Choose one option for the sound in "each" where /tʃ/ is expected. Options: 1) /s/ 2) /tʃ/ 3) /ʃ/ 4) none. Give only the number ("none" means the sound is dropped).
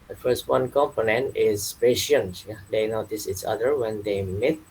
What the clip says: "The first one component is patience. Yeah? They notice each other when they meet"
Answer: 1